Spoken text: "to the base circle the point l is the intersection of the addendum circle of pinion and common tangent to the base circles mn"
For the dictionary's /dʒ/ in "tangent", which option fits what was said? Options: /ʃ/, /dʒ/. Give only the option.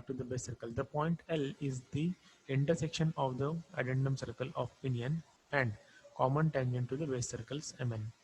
/ʃ/